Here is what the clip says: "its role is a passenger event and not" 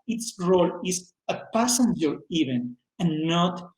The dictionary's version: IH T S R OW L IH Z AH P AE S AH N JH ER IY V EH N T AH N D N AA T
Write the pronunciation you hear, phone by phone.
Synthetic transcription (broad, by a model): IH T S R OW L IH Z AH P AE S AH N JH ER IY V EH N AH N N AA T